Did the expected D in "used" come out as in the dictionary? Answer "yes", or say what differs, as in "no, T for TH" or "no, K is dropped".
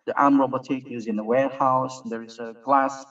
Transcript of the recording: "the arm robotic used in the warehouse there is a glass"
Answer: no, D is dropped